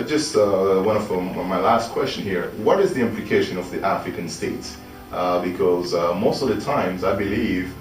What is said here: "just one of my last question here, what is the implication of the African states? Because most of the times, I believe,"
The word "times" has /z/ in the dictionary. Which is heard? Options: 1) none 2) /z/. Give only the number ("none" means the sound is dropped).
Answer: 2